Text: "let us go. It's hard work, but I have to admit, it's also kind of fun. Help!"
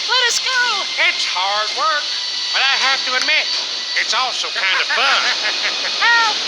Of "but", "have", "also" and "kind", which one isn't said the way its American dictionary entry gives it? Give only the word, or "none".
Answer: have